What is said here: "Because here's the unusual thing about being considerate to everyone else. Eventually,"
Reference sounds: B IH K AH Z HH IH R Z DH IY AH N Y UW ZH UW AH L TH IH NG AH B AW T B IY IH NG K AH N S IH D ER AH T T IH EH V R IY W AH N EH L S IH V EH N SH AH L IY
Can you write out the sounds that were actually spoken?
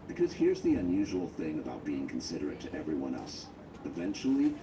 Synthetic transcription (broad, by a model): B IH K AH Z HH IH R Z DH IY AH N Y UW ZH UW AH L TH IH NG AH B AW T B IY IH NG K N S IH D ER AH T T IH EH V R IY W AH N EH L S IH V EH N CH L IY